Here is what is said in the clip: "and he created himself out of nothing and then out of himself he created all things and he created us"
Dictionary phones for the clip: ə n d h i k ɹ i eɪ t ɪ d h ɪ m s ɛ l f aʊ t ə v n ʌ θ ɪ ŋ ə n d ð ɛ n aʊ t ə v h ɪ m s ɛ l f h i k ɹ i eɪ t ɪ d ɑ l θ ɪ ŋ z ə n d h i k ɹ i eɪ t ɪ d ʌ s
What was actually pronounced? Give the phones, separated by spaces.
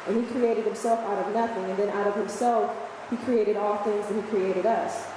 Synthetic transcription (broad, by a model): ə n i k ɹ i eɪ t ɪ d h ɪ m s ɛ l f aʊ t ə v n ʌ θ ɪ ŋ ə n ð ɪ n aʊ t ə v h ɪ m s ɛ l f h i k ɹ i eɪ t ɪ d ɑ l θ ɪ ŋ z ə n h i k ɹ i eɪ t ɪ d ʌ s